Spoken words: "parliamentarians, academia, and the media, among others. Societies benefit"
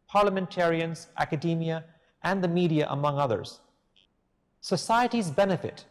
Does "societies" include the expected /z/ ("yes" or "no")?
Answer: yes